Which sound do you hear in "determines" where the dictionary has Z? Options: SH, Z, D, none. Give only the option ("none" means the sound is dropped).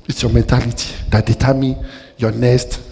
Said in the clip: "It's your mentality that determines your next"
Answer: none